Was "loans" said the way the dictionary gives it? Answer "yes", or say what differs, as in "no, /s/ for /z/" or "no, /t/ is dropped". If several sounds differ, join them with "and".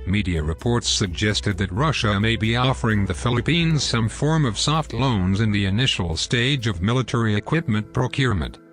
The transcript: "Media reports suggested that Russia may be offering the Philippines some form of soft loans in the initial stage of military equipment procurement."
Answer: yes